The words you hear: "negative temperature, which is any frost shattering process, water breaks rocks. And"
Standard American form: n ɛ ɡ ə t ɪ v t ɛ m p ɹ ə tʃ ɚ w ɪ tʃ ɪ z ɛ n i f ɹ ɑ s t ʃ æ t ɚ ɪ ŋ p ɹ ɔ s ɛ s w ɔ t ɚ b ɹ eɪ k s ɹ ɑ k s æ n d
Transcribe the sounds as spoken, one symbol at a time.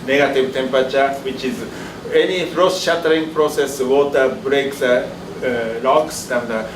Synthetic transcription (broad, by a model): n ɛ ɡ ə t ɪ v t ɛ m p ɹ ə tʃ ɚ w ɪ tʃ ɪ z ɛ n i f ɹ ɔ s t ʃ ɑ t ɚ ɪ ŋ p ɹ ɔ s ɛ s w ɔ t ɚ b ɹ eɪ k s l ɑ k s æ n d